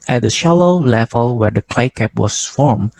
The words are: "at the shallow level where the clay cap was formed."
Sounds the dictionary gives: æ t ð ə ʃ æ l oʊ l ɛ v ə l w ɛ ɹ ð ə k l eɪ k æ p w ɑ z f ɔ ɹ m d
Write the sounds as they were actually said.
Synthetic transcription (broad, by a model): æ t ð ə ʃ æ l oʊ l ɛ v ə l w ɛ ɹ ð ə k l eɪ k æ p w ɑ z f ɔ ɹ m